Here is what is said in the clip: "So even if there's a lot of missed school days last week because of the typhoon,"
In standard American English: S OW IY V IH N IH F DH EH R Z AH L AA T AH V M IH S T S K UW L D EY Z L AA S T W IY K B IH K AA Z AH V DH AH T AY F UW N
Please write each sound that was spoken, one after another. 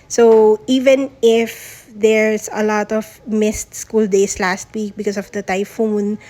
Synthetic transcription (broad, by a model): S OW IY V IH N IH F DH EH R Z AH L AA T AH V M IH S T S K UW L D EY S L AA S T W IY K B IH K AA S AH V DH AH T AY F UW N